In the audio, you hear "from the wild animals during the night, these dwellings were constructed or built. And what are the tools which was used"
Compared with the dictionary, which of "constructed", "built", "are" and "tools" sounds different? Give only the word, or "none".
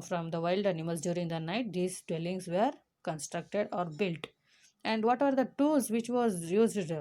tools